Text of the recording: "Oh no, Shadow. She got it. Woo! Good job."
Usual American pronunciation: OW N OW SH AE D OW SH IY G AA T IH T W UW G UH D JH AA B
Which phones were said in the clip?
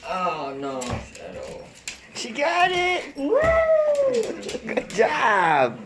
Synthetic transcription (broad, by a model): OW N OW S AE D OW SH IY G AA T IH T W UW G UH D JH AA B